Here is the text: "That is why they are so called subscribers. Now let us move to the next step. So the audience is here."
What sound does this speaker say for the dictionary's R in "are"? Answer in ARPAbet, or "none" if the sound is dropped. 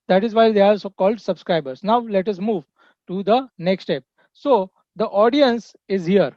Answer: L